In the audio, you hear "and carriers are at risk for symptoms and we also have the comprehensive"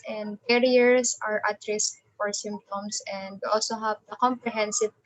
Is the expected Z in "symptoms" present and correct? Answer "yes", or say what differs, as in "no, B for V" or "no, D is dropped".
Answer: no, S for Z